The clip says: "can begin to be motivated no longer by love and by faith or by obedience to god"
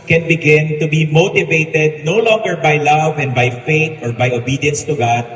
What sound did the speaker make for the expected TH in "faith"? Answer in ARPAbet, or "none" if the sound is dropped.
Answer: T